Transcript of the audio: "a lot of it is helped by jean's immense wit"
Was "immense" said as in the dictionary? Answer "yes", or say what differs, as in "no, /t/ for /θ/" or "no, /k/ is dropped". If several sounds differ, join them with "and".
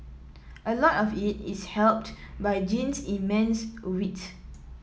yes